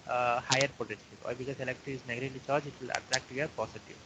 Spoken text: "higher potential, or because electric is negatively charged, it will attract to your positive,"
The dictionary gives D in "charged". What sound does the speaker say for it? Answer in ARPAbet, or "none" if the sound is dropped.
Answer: none